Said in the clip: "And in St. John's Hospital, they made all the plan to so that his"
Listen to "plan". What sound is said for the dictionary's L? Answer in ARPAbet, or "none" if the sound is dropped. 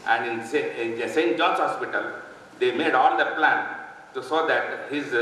L